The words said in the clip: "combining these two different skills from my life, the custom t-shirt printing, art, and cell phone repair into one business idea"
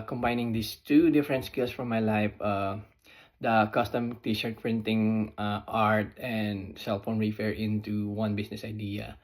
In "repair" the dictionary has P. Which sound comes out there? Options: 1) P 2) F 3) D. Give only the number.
2